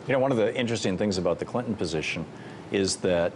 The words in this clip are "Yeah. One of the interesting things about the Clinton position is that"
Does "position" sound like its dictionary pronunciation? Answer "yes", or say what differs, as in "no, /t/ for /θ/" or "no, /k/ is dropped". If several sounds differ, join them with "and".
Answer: yes